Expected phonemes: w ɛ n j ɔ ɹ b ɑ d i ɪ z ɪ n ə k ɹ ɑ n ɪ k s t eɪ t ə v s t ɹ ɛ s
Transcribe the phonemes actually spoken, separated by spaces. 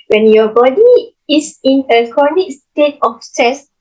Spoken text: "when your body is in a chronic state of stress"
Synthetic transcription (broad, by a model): w ɛ n j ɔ b ɑ d i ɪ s ɪ n ə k ɑ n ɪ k s t eɪ t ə f s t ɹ ɛ s